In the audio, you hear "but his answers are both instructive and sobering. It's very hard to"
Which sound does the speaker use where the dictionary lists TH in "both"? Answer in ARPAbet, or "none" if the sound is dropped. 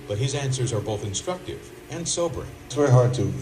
TH